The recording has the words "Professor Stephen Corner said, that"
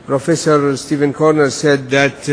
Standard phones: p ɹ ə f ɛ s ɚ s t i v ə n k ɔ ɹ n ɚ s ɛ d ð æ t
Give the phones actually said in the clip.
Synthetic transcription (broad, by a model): p ɹ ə f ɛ s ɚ s t i v ə n k ɔ ɹ n ɚ s ɛ d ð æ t